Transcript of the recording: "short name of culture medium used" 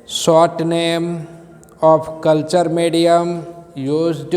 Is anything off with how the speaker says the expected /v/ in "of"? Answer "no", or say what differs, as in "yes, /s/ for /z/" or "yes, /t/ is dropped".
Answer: yes, /p/ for /v/